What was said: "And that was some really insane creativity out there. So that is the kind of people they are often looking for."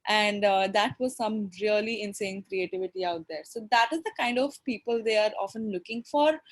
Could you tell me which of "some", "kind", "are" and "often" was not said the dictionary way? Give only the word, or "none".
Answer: none